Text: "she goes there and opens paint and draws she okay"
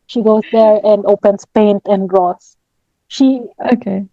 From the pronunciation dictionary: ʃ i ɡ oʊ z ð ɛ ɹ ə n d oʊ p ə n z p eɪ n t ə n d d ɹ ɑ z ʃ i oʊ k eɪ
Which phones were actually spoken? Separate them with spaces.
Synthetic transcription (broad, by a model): ʃ i ɡ oʊ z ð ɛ ɹ ə n d oʊ p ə n s p eɪ n t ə n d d ɹ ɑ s ʃ i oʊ k eɪ